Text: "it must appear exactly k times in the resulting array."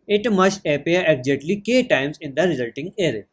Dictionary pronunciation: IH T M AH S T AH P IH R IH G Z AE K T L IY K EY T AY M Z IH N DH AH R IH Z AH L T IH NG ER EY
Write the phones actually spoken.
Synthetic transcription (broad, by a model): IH T M AH S T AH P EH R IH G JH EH T L IY K EY T AY M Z IH N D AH R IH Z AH L T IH NG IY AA